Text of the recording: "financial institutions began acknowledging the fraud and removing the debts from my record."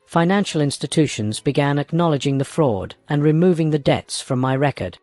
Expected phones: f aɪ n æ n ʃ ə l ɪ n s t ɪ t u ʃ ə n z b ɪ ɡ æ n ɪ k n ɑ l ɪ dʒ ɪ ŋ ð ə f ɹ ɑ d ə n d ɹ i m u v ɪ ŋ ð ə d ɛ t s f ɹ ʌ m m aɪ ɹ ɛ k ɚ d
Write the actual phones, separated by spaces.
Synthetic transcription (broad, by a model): f aɪ n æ n ʃ l ɪ n s t ɪ t u ʃ ə n z b ɪ ɡ æ n ɪ k n ɑ l ɪ dʒ ɪ ŋ ð ə f ɹ ɑ d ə n ɹ i m u v ɪ ŋ ð ə d ɛ t s f ɹ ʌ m m aɪ ɹ ɛ k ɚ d